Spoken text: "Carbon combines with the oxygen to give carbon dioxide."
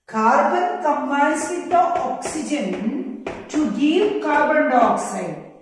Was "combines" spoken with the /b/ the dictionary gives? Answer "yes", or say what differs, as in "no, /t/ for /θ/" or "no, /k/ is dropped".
no, /b/ is dropped